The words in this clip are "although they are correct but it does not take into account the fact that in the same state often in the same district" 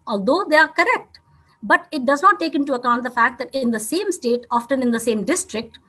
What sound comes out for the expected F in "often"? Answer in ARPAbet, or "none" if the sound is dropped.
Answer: F